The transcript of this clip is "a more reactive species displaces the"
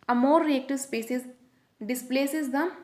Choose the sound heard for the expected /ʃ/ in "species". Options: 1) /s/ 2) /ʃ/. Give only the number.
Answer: 1